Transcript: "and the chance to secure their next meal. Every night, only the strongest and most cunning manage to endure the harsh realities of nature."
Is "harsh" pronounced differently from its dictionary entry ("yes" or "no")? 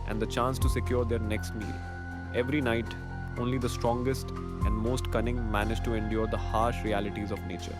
no